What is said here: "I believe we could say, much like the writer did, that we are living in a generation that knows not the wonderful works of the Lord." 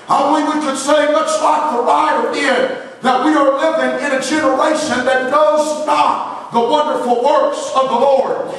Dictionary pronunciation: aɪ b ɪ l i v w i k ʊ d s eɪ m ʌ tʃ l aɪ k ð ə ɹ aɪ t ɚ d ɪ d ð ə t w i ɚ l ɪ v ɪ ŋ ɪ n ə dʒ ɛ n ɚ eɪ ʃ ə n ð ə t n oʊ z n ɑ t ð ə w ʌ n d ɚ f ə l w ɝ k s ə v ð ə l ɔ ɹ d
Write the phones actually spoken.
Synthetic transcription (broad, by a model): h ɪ w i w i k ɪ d s eɪ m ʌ s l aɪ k ð ə ɹ aɪ t ɚ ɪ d ð ə t w i ɚ l ɪ v ɪ ŋ ɪ n ə dʒ ɛ n ɚ eɪ ʃ ə n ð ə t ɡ oʊ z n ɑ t ð ə w ʌ n d ɚ f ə l w ɝ k s ə v ð ə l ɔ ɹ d